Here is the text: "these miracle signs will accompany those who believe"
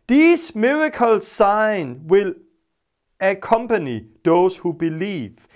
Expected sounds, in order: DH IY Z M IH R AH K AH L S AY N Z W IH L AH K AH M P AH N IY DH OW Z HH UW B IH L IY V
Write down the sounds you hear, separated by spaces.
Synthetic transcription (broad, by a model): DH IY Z M IH R AH K AH L S AY N W IH L AH K AH M P AH N IY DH OW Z HH UW B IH L IY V